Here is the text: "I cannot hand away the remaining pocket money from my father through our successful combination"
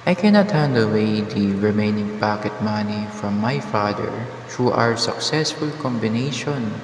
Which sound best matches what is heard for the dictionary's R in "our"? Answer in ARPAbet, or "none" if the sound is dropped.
R